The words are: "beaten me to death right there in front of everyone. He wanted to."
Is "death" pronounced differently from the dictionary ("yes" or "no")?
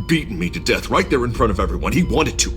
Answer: no